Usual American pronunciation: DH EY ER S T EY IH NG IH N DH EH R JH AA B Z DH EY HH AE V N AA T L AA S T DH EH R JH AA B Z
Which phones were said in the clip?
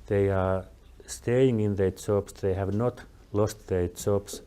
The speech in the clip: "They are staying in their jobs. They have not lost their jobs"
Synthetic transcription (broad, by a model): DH EY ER S T EY IH NG IH N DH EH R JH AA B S DH EY HH AE V N AA T L AA S T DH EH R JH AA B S